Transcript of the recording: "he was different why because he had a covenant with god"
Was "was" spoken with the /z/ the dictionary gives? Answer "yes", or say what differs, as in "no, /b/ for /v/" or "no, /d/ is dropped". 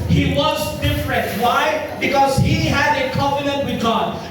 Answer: yes